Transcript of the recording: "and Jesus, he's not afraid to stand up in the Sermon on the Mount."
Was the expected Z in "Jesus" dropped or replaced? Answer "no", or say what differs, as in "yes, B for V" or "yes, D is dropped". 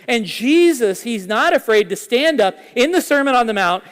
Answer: no